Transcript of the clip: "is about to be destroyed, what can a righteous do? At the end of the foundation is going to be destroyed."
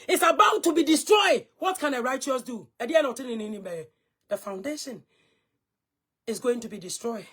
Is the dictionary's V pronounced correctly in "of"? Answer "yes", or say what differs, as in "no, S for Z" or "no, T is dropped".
no, B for V